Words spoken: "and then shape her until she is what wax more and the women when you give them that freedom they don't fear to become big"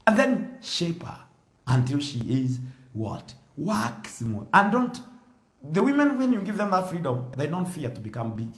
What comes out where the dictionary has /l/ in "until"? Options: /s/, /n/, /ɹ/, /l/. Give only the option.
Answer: /l/